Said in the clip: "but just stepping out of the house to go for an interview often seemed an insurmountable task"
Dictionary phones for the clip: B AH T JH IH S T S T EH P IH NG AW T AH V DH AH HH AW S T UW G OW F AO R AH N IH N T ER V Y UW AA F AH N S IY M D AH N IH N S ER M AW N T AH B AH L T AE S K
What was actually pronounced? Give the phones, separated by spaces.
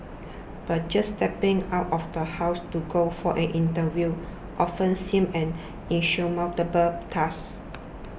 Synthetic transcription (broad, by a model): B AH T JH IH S S T EH P IH NG AW T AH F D AH HH AW S T UW G OW F AO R AH N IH N T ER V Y UW AA F AH N S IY M AH N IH N SH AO M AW L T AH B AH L T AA S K